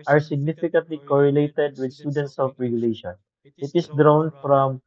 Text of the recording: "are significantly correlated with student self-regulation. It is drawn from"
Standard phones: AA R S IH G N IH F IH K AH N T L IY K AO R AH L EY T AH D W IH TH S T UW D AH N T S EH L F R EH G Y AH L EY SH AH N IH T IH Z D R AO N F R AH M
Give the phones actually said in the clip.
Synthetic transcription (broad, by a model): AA R S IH G N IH F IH K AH N T L IY K AO R AH L EY T AH D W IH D S T UW D AH N T S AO F R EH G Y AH L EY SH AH N IH T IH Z D R AO N F R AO M